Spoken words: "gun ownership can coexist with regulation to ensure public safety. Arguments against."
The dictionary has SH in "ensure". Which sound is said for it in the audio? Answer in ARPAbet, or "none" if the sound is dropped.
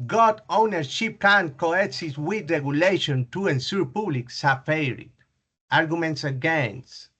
S